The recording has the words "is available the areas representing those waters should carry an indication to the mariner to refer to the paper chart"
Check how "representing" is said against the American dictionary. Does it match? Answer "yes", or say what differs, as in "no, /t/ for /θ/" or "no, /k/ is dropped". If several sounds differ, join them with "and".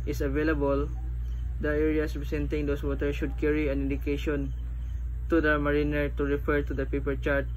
no, /s/ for /z/